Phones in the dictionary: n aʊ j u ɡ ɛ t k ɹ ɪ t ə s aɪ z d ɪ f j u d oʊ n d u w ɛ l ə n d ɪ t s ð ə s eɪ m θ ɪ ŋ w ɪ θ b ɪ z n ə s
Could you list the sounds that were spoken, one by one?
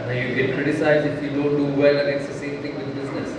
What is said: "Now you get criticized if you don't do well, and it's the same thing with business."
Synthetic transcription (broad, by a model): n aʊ j u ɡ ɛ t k ɹ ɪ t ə s aɪ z ɪ f j u d oʊ n d u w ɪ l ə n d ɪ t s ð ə s eɪ m t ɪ ŋ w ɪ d b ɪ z n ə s